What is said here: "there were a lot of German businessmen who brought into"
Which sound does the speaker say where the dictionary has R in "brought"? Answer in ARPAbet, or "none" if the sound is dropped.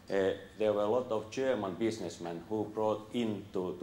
R